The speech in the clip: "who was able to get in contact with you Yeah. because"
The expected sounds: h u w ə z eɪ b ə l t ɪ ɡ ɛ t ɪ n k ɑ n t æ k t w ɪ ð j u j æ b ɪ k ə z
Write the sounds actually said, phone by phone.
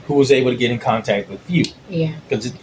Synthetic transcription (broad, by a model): h u w ə z eɪ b l t ɪ ɡ ɛ t ɪ n k ɑ n t æ k t w ɪ ð j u j æ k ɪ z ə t